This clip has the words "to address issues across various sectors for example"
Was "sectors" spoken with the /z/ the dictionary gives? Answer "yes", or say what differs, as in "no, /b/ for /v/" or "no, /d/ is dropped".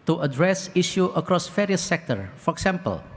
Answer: no, /z/ is dropped